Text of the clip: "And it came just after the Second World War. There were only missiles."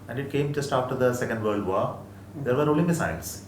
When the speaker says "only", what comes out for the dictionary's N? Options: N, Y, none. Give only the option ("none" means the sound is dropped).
none